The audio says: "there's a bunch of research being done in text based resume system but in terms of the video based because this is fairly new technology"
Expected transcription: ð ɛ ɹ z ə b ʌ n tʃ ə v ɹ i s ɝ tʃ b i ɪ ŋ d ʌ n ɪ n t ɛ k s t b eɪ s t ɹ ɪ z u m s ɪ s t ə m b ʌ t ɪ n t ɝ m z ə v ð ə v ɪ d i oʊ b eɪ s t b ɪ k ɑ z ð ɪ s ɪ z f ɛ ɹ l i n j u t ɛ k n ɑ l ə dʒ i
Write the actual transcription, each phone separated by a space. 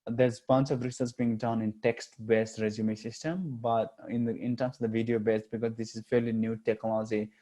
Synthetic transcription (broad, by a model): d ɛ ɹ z b ʌ n tʃ ə v ɹ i s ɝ s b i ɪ ŋ d ʌ n ɪ n t ɛ k s t b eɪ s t ɹ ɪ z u m s ɪ s t ə m b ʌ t ɪ n t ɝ m s ə v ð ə v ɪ d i oʊ b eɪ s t b ɪ k ɑ z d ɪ s ɪ z f ɛ ɹ l i n j u t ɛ k n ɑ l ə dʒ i